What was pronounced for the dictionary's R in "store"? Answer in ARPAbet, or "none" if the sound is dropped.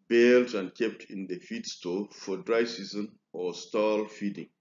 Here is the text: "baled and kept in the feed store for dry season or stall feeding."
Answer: L